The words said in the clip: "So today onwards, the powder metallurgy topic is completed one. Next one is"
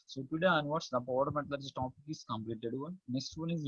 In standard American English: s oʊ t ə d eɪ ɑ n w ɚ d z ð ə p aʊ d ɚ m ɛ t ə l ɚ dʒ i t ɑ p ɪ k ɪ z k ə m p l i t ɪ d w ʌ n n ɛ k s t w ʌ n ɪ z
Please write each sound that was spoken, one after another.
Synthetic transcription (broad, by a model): s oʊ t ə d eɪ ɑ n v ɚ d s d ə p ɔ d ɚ m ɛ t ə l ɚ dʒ t ɑ p ɪ k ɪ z k ə m p l i t ɪ d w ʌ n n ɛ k s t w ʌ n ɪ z